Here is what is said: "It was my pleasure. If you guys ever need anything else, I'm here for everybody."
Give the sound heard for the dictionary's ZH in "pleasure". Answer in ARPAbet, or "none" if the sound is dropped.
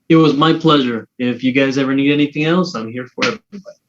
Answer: ZH